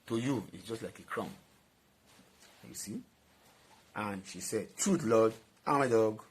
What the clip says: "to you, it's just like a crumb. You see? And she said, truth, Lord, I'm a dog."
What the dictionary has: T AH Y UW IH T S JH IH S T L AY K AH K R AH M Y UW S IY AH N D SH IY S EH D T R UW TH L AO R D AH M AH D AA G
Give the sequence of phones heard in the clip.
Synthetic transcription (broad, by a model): T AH Y UW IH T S JH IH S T L AY K AH K R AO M Y UW S IY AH N SH IY S EH D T R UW T L AO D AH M AH D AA G